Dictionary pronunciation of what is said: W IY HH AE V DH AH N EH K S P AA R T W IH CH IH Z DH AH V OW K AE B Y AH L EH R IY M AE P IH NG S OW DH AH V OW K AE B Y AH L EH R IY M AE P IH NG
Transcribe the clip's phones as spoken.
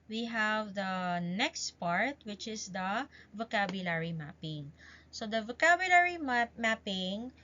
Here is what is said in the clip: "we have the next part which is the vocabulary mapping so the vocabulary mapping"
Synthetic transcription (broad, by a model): W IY HH AE V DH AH N EH K S P AA R T W IH CH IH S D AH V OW K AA B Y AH L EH R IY M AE P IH NG S OW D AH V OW K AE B Y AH L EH R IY M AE P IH NG